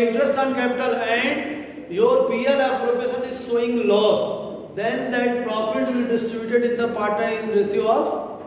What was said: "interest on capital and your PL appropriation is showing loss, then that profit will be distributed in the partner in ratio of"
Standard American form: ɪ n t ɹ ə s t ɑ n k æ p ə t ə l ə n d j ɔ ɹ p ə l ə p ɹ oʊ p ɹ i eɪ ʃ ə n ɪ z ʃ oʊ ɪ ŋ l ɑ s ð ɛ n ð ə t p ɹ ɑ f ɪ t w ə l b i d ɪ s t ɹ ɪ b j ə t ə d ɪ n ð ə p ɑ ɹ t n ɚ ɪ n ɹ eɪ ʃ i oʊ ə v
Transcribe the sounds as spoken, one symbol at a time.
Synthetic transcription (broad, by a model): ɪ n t ɹ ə s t ɑ n k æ p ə t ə l ə n d j ɔ ɹ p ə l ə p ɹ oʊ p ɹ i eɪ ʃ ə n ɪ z s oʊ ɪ ŋ l ɑ s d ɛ n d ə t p ɹ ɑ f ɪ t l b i d ɪ s t ɹ ɪ b j ə t ə d ɪ n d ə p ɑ ɹ t ɚ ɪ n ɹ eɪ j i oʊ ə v